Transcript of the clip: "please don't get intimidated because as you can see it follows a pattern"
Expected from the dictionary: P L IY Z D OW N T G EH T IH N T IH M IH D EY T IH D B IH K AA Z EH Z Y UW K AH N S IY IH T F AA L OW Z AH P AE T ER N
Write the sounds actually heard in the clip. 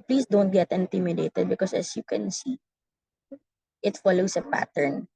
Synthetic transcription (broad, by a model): P L IY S D OW N T G EH T IH N T IH M IH D EY T IH D B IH K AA S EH S Y UW K AH N S IY IH T F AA L OW S AH P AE T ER N